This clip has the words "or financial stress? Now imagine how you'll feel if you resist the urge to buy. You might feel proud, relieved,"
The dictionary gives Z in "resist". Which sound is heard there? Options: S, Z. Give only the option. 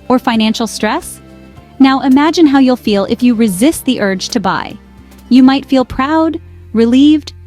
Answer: Z